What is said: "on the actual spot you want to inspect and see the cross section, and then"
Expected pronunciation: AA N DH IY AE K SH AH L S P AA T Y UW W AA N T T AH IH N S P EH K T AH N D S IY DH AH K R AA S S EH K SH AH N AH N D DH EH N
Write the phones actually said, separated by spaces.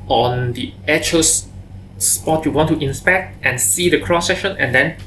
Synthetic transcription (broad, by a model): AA N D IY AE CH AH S S P AA T Y UW W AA N T T AH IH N S P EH K T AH N S IY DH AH K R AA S S EH K SH AH N AH N D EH N